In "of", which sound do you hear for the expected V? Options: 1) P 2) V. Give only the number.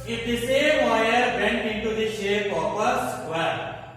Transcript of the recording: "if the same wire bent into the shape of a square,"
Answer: 1